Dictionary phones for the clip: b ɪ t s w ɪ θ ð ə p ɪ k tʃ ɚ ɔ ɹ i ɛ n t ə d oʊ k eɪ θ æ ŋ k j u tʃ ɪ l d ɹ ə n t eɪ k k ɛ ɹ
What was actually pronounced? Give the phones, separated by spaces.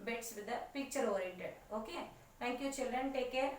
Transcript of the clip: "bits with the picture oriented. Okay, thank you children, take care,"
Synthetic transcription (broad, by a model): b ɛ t s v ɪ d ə p ɪ k tʃ ɚ ɔ ɹ i ɛ n t ə d oʊ k eɪ t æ ŋ k j u tʃ ɪ l d ɹ ə n t eɪ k k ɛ ɹ